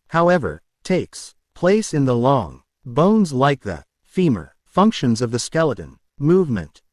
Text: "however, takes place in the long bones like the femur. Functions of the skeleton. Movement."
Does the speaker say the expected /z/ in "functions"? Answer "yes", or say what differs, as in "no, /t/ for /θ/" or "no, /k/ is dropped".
yes